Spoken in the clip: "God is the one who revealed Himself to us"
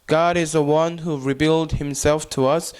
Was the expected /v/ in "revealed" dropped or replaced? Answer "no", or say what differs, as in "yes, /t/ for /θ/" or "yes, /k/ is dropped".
yes, /b/ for /v/